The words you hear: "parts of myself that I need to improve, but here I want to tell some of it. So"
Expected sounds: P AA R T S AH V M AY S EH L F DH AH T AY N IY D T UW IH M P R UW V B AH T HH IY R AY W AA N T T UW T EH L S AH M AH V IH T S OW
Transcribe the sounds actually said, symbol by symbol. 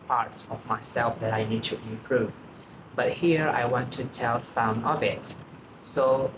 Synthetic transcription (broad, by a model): P AA R T S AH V M AY S EH L F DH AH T AY N IY D T UW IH P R UW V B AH T HH IY R AY W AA N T T UW T EH L S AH M AH V IH T S OW